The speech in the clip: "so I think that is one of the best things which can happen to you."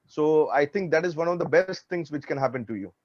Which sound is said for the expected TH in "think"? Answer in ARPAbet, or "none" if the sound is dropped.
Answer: T